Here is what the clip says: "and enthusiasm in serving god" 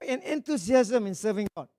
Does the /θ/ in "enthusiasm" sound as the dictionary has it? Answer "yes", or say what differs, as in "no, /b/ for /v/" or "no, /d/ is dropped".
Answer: no, /t/ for /θ/